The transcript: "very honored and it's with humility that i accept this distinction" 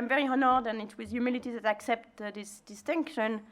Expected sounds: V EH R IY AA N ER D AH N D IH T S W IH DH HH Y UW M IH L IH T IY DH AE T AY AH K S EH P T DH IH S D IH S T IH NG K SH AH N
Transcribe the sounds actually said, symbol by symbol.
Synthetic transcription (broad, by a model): V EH R IY AA N ER D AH N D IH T W IH DH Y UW M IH L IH T IY DH AE T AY AH K S EH P T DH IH S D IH S T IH NG K SH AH N